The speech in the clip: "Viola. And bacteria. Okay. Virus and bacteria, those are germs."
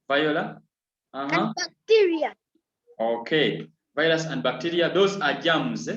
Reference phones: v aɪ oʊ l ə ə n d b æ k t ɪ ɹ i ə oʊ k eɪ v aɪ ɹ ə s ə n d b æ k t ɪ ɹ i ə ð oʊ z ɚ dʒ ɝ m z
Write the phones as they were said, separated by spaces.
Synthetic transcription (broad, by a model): v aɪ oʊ l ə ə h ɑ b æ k t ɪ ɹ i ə oʊ k eɪ v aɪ l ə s ə n d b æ k t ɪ ɹ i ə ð oʊ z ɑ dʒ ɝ m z